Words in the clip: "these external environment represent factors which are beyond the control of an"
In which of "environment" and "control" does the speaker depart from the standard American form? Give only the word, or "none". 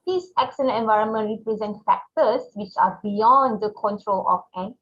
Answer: none